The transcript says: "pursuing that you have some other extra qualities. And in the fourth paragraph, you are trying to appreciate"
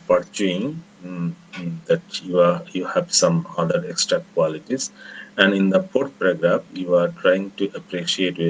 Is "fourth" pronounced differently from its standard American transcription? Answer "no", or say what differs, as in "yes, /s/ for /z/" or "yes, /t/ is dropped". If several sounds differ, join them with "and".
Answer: yes, /p/ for /f/ and /t/ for /θ/